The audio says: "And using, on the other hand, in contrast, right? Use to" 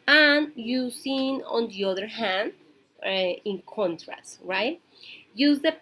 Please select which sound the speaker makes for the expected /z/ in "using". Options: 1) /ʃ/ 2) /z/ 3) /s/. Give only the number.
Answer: 3